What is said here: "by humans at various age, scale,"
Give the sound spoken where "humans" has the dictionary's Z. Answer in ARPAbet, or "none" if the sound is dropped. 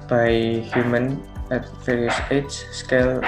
none